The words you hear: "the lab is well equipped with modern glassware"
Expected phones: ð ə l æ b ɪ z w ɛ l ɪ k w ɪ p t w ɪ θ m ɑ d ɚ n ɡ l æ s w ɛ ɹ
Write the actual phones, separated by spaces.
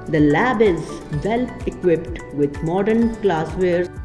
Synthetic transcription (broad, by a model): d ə l æ b ɪ z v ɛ l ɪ k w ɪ p t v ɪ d m ɑ d ɚ n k l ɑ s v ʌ ɹ